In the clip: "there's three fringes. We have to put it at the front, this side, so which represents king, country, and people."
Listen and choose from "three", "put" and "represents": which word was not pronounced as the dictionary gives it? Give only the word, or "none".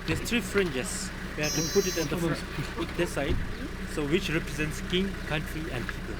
three